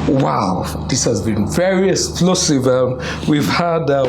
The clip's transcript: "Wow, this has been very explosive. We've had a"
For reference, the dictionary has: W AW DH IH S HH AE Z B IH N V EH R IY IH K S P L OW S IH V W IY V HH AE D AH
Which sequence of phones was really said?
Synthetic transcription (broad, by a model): W AW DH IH S HH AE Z B IH N V EH R IY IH S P L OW S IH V W IY V HH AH D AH